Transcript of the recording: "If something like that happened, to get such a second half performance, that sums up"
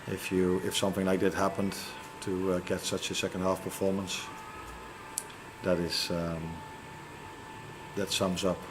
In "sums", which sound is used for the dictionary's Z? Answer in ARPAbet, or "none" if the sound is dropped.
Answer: Z